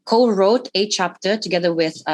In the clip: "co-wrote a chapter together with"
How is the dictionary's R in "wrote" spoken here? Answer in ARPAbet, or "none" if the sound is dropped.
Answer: R